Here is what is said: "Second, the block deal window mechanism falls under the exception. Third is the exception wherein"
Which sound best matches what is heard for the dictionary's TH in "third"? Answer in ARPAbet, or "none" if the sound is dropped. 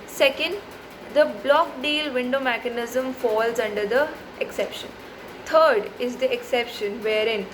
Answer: T